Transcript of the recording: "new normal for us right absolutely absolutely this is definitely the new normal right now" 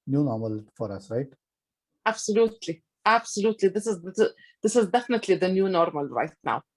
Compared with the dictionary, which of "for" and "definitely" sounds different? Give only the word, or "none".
none